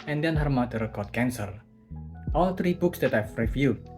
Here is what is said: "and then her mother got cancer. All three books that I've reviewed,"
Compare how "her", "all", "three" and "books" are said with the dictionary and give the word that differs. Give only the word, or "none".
three